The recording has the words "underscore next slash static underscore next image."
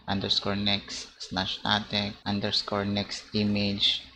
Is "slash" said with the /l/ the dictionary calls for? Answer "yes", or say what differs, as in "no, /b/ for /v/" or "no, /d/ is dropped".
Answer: no, /n/ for /l/